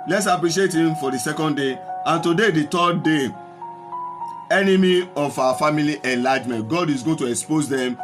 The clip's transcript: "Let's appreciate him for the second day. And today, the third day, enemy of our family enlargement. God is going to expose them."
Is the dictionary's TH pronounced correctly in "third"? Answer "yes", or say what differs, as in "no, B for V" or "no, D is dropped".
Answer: no, T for TH